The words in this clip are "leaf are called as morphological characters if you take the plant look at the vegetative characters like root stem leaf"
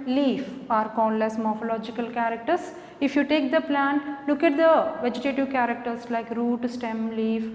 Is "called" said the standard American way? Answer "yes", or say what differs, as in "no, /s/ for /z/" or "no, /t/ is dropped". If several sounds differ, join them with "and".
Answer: no, /n/ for /l/